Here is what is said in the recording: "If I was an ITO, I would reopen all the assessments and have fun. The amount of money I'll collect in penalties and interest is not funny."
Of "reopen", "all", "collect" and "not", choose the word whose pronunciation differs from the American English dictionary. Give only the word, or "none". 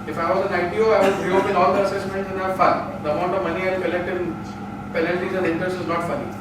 reopen